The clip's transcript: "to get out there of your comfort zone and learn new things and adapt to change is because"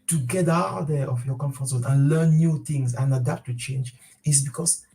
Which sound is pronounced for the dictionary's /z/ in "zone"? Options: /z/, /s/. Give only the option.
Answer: /s/